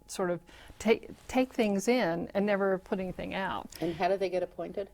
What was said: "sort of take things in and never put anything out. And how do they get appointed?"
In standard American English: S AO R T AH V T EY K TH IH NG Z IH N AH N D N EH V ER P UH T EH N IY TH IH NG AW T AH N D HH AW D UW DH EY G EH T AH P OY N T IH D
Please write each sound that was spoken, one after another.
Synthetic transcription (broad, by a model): S AO R T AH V T EY K TH IH NG Z IH N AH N N EH V ER P UH T EH N IY TH IH NG AW T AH N HH AW D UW DH EY G EH T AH P OY N T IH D